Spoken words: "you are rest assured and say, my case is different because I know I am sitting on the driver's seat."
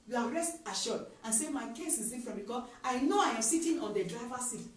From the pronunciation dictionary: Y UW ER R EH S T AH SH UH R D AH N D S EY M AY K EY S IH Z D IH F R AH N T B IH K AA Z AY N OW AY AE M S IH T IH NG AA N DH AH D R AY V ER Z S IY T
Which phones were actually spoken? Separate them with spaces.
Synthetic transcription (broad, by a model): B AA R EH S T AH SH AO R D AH N S EY M AY K EY S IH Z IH F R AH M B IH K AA AY N OW AY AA M S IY T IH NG AA N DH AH D R AY V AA S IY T